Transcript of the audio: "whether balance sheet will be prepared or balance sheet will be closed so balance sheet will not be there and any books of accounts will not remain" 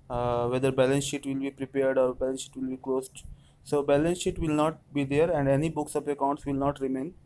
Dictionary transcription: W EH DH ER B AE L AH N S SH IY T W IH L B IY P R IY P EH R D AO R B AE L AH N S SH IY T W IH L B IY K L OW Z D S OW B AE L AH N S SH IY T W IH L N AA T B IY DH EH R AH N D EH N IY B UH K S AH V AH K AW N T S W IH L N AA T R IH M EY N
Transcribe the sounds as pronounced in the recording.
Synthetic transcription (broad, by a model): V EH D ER B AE L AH N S SH IY T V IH L B IY P R IY P EH R D AO R B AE L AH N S SH IY T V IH L B IY K L OW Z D S OW B AE L AH N S SH IY T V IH L N AA T B IY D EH R AH N D EH N IY B UH K S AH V AH K AW N T S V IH L N AA T R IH M EY N